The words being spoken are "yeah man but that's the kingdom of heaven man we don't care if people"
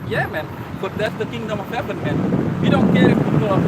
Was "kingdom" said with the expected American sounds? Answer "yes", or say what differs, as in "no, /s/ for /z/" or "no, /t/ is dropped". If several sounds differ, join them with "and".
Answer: yes